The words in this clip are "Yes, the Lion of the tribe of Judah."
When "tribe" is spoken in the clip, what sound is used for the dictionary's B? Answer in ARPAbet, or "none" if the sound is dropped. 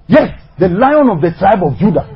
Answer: B